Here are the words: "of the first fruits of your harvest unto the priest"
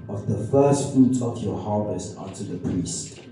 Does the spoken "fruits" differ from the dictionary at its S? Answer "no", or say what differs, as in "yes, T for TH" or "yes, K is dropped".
yes, S is dropped